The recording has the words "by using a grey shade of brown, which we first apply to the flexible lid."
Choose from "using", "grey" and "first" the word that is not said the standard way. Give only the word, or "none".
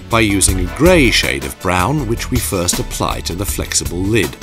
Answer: none